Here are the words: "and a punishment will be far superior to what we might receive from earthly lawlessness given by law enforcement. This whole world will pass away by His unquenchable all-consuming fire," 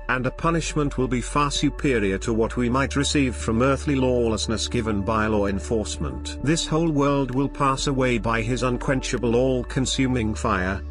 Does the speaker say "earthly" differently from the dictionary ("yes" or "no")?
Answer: no